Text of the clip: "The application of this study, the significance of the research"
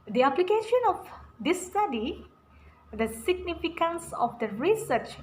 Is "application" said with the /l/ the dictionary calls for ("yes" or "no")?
yes